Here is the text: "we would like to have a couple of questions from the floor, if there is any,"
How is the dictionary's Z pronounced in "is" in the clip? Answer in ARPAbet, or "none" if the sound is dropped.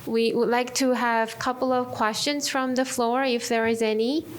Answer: Z